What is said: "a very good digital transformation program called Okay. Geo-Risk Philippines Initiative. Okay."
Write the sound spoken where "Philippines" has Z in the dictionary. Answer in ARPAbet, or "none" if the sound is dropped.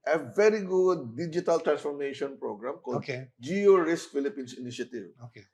S